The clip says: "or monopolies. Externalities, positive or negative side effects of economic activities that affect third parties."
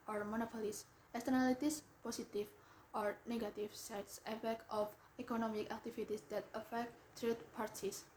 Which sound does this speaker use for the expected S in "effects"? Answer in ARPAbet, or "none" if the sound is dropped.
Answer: none